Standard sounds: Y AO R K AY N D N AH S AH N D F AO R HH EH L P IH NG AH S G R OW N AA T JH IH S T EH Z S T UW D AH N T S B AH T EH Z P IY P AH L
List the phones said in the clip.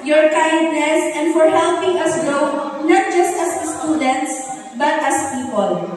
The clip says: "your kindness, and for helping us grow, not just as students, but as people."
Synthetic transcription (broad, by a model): Y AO R K AY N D N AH S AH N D F AO R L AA P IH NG AH S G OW N AA T JH IH S T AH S S T UW D AH N T S B AH T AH S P IY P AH L